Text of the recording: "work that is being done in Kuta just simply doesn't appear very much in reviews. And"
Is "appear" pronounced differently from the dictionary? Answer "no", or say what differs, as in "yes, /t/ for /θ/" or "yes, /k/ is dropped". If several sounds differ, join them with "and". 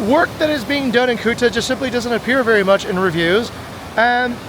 no